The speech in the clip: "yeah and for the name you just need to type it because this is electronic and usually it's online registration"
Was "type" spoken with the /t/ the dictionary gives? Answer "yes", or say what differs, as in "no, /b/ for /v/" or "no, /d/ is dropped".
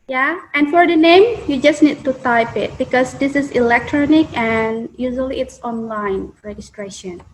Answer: yes